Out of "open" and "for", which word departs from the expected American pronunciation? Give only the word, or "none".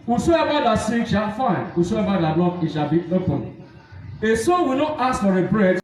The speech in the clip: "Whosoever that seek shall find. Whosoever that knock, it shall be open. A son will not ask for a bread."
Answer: none